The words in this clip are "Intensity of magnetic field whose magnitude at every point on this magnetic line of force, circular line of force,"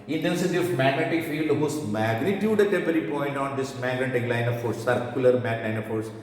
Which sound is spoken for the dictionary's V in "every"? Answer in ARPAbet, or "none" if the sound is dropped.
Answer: P